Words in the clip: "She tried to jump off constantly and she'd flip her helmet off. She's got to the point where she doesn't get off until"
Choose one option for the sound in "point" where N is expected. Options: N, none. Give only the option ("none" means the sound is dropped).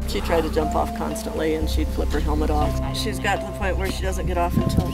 none